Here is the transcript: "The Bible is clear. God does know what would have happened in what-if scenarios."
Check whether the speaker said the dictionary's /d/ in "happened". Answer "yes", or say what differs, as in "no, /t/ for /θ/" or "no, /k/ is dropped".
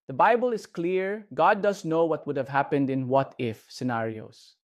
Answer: yes